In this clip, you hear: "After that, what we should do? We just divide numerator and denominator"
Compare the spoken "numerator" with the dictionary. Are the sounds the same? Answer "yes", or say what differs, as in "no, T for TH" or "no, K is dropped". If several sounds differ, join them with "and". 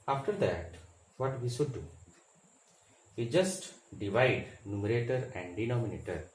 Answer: yes